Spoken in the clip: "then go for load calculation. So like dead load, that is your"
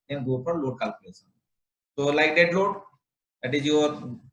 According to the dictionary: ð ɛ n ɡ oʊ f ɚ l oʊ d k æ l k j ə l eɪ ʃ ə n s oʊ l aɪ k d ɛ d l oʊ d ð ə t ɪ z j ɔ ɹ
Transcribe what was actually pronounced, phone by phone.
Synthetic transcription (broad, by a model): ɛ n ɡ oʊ p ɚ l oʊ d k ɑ l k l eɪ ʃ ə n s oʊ l aɪ k d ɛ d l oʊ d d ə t ɪ z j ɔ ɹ